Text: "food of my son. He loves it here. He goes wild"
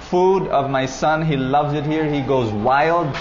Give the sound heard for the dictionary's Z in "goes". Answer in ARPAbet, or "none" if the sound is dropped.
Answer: Z